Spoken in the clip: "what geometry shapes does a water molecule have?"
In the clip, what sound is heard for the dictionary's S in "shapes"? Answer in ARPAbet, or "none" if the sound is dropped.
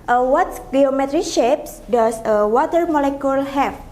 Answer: S